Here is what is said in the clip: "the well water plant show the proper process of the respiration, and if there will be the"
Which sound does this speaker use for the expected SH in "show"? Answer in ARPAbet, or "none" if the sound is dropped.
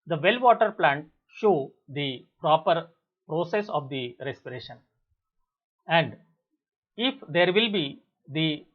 SH